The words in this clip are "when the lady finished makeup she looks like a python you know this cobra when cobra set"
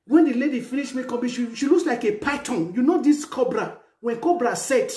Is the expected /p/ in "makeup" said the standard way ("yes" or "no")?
no